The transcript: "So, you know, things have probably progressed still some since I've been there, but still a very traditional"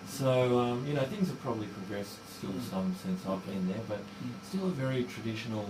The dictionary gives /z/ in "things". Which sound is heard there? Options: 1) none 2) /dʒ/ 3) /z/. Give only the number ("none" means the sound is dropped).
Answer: 3